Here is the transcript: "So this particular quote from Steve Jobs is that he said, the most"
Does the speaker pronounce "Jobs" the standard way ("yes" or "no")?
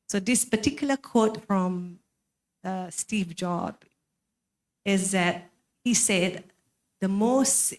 no